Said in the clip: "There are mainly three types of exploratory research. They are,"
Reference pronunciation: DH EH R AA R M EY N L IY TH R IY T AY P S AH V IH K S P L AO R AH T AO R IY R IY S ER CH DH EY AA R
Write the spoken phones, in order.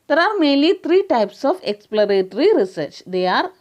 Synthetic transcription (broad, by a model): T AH R AA R M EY L IY T R IY T AY P S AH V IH K S P L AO R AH T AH R IY R IY S ER CH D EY AA R